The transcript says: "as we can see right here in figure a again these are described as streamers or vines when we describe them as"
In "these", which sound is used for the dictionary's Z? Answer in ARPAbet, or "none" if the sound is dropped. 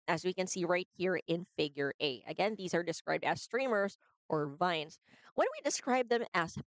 Z